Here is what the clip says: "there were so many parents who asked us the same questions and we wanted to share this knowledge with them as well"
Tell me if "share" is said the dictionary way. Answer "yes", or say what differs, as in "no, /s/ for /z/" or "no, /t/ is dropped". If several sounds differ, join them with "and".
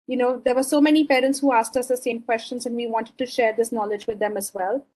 yes